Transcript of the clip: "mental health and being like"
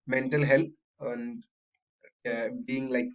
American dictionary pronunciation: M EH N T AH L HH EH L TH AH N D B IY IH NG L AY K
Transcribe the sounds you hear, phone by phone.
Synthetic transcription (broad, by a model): M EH N T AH L HH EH L T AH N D B IY IH NG L AY K